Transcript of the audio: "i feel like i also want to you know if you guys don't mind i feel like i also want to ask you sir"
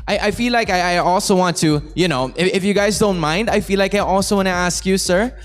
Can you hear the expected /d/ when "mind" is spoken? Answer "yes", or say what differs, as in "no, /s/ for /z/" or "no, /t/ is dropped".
yes